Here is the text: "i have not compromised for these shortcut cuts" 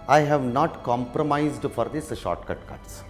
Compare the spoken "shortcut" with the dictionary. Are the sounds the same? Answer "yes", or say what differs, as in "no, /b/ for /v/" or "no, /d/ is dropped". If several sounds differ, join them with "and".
yes